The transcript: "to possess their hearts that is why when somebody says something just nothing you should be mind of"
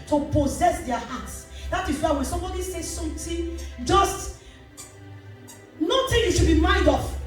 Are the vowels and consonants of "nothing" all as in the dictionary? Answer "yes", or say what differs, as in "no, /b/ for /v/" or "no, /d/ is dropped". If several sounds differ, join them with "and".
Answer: no, /t/ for /θ/